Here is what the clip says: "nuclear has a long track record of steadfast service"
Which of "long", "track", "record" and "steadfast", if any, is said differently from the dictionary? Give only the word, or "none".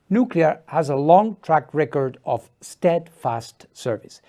none